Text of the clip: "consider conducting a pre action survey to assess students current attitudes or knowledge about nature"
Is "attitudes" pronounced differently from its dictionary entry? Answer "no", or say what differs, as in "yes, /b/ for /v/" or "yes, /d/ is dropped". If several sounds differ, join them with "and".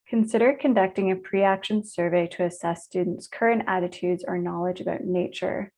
no